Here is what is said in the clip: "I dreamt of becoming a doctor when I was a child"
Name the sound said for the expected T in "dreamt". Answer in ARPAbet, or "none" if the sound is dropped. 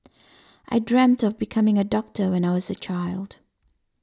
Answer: T